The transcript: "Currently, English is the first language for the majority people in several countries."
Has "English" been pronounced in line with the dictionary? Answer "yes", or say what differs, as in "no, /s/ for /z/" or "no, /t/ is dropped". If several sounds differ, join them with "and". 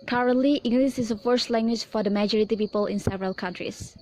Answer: no, /s/ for /ʃ/